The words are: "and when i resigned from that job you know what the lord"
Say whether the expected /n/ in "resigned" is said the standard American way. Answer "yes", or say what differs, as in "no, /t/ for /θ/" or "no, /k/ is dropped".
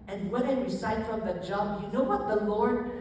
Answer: no, /n/ is dropped